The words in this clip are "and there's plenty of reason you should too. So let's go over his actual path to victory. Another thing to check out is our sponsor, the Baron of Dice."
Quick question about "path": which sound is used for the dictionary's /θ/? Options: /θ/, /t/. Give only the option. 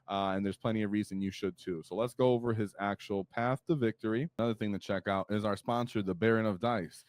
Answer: /θ/